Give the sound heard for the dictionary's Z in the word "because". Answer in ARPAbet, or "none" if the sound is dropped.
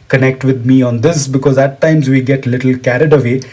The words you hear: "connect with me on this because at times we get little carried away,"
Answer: Z